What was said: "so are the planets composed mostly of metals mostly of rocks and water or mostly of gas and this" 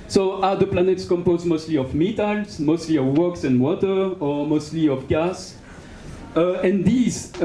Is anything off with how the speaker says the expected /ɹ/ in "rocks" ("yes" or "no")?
yes